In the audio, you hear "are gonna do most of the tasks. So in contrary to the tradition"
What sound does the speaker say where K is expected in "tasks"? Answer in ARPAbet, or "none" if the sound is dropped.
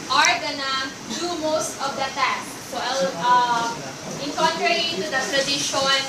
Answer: none